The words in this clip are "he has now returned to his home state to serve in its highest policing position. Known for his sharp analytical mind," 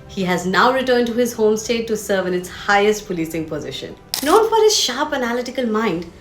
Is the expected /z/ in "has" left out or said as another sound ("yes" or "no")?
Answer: no